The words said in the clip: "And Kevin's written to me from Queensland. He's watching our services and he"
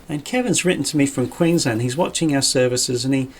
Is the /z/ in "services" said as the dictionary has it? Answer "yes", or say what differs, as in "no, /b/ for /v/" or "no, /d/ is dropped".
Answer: yes